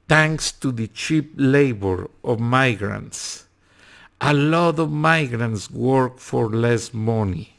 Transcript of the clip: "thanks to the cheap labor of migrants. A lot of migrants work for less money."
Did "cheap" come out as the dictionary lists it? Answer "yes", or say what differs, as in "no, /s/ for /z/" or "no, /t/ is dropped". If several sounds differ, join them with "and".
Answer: yes